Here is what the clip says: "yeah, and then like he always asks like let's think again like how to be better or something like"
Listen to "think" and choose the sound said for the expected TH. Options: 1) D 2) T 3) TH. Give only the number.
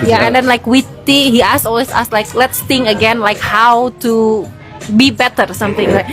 2